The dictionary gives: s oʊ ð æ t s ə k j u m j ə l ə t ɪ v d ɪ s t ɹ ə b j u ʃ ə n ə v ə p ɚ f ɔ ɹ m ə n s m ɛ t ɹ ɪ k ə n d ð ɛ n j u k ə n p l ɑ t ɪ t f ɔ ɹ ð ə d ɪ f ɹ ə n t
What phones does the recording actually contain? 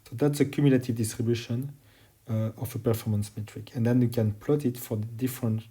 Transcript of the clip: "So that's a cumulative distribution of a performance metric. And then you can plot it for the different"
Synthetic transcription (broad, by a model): s oʊ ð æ t s ə k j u m j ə l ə t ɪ v d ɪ s t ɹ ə b j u ʃ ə n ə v ə p ɚ f ɔ ɹ m ə n s m ɛ t ɹ ɪ k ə n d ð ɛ n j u k ə n p l ɑ t ɪ t f ɔ ɹ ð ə d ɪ f ɹ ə n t